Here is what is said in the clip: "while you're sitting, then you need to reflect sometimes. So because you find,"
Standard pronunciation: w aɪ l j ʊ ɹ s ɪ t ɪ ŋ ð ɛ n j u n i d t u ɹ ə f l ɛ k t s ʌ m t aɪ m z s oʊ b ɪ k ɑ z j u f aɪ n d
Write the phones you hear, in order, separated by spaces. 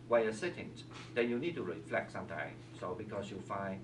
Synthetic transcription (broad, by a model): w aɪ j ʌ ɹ s ɪ t ɪ ŋ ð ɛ n j u n i d t u ɹ ə f l ɛ k t s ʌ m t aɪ s oʊ b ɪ k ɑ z j u f aɪ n